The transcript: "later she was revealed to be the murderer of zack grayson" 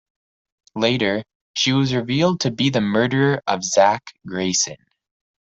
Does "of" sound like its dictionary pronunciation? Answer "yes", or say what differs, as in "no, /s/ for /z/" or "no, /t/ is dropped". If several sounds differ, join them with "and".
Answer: yes